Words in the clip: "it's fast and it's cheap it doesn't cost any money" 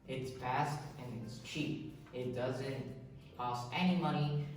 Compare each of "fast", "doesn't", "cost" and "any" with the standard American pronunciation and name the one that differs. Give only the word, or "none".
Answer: fast